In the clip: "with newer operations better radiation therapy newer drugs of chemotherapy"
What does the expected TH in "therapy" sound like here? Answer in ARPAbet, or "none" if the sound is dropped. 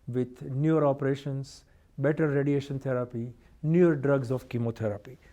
T